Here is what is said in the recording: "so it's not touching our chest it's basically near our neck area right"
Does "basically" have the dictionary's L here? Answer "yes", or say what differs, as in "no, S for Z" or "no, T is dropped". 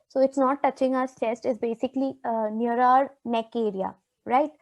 yes